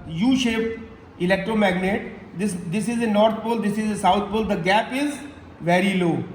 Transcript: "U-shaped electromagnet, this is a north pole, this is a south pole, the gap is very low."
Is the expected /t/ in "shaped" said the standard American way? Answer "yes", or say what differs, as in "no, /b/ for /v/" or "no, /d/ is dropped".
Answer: no, /t/ is dropped